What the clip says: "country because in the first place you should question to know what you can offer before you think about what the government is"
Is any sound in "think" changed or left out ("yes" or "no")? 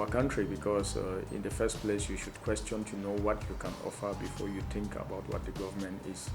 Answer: yes